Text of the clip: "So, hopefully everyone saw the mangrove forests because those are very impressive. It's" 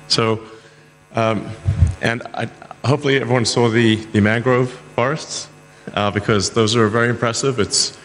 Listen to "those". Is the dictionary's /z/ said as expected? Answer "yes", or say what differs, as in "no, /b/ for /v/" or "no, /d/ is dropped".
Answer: yes